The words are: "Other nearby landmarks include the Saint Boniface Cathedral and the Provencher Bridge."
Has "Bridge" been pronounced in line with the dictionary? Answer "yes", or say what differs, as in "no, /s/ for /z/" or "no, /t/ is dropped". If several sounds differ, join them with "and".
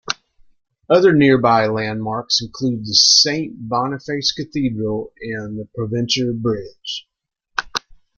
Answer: yes